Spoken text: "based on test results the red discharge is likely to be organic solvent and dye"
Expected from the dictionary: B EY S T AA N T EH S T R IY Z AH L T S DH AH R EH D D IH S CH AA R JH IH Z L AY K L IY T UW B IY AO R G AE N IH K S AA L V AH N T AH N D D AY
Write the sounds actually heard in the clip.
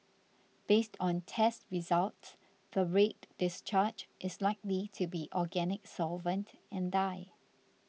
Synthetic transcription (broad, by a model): B EY S T AA N T EH S T R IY Z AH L T S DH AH R EH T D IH S CH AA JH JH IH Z L AY K L IY T UW B IY AO G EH N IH K S AA L V AH N T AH N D D AY